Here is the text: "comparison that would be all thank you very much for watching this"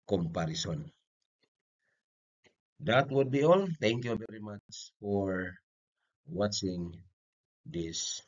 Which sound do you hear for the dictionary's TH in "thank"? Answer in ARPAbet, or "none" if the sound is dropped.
T